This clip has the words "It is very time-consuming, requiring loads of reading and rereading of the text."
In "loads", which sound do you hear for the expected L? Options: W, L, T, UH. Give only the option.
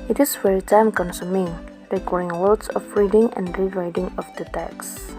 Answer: W